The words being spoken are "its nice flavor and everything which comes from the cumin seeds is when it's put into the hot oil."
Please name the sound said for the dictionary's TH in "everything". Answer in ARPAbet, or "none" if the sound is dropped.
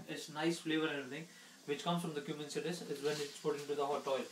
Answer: T